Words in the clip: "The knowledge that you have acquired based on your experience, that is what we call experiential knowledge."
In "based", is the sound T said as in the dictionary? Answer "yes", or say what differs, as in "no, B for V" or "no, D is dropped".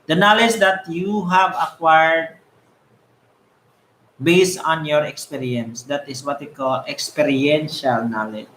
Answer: yes